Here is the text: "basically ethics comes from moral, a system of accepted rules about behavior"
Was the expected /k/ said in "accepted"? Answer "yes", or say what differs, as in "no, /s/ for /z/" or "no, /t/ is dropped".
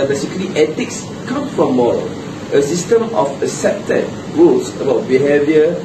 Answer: no, /k/ is dropped